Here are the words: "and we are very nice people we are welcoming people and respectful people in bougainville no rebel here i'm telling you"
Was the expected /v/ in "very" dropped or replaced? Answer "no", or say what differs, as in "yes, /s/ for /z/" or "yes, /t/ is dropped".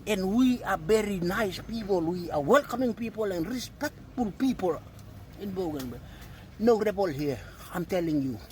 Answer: yes, /b/ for /v/